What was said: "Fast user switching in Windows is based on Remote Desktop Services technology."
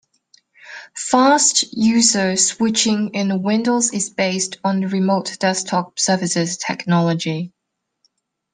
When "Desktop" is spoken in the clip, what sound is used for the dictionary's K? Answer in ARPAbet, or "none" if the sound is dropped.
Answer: none